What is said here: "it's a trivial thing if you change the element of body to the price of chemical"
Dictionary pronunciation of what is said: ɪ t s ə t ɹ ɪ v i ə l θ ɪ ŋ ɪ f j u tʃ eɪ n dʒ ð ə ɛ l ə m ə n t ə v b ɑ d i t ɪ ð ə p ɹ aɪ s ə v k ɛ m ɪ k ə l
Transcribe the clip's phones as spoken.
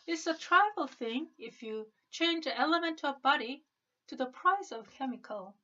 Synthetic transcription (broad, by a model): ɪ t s ə t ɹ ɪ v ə l θ ɪ ŋ ɪ f j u tʃ eɪ n dʒ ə ɛ l ə m ə n t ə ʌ b ɑ d i t ɪ ð ə p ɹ aɪ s ə v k ɛ m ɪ k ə l